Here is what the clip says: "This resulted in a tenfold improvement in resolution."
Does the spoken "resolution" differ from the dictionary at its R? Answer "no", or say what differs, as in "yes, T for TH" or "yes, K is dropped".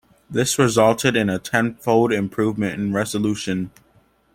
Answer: no